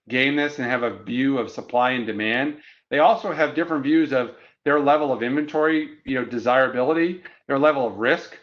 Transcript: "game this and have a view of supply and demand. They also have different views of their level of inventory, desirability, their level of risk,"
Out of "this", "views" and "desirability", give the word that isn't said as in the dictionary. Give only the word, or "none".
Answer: none